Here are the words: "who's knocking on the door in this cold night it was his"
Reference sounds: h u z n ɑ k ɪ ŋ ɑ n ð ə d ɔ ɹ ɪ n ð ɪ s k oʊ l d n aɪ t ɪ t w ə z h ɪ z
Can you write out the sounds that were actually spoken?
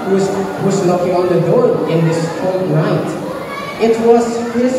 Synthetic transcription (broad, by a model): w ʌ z l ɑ k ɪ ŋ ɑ n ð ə d ɔ ɹ ɪ n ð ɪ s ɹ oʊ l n aɪ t ɪ t w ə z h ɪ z